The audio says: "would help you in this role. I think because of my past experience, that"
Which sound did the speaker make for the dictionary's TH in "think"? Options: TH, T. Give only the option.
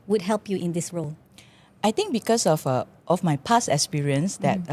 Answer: T